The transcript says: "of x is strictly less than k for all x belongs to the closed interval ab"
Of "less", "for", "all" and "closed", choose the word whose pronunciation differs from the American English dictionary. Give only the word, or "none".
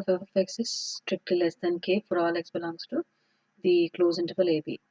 closed